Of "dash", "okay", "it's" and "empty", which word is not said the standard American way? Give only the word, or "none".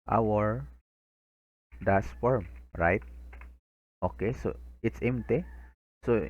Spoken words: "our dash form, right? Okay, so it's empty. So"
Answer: dash